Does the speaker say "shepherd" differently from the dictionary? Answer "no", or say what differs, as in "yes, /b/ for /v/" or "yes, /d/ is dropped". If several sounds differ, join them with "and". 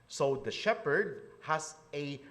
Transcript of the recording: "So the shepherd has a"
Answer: no